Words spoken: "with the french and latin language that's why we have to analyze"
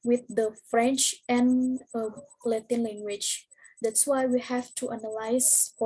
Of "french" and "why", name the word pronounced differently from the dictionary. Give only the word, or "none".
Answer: none